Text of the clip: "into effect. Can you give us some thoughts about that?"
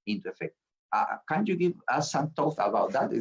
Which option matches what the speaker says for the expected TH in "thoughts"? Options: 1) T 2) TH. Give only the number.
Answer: 1